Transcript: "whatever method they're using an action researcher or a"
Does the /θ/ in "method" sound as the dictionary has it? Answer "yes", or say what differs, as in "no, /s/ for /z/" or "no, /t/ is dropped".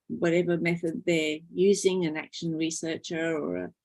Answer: yes